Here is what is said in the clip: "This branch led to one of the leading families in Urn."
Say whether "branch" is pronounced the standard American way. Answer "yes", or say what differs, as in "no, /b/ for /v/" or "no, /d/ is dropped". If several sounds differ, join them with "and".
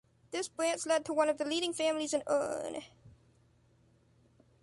no, /s/ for /tʃ/